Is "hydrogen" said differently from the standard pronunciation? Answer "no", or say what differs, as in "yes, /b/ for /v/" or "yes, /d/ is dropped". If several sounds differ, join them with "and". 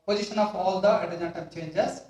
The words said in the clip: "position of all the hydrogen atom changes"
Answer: yes, /ɹ/ is dropped